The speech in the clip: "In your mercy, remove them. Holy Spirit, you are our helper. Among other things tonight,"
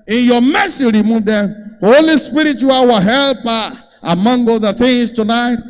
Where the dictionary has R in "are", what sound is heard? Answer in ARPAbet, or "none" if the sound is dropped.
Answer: W